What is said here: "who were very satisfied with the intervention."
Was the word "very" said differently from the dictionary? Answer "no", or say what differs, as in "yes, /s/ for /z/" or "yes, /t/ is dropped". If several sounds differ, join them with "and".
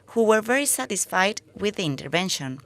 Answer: no